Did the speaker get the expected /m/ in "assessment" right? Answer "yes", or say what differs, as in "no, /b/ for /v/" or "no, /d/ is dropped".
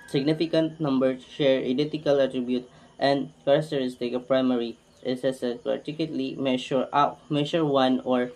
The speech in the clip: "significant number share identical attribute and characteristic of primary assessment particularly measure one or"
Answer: no, /m/ is dropped